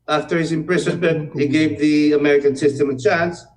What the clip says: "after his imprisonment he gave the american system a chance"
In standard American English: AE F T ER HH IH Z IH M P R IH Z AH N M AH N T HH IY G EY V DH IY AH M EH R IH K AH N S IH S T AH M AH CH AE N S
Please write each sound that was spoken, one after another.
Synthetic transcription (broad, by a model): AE F T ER HH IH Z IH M P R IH S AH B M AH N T HH IY G EY V DH IY AH M EH R IH K AH N S IH S T AH M AH CH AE N S